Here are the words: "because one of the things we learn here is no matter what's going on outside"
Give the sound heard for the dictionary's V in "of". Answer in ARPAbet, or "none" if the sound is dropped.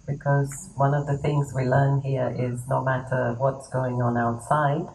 V